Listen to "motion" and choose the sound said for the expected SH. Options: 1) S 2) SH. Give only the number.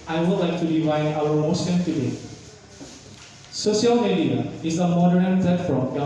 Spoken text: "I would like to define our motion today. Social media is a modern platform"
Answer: 1